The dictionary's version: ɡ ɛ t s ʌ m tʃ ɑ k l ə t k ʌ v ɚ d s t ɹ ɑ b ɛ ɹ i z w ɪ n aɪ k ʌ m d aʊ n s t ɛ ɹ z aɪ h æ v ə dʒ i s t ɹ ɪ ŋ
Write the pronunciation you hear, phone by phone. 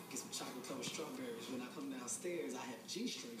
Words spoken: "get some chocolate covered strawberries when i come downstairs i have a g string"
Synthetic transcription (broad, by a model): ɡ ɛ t s ʌ m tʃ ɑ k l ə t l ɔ ʊ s t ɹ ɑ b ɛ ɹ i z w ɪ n aɪ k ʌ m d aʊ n s t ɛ ɹ z aɪ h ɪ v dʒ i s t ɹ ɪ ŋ